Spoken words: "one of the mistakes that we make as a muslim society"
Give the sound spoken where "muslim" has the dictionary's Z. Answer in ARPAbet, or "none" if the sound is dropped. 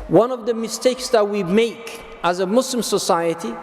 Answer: S